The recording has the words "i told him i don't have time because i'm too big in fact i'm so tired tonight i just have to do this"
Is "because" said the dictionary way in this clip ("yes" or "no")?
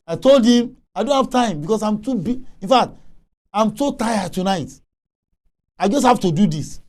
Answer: no